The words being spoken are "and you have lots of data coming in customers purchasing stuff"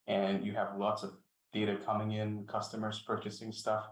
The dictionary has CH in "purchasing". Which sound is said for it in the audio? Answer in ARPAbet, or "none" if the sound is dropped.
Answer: CH